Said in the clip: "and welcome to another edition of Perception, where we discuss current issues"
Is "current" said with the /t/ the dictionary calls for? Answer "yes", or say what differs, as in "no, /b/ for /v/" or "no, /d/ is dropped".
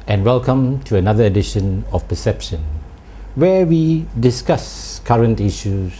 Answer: yes